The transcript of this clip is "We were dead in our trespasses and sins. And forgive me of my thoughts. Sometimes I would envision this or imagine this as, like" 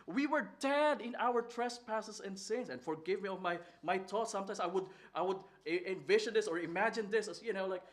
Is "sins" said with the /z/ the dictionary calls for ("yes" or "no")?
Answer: no